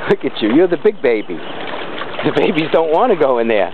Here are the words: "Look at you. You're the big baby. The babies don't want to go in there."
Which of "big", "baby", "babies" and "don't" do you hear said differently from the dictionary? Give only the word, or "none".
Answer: none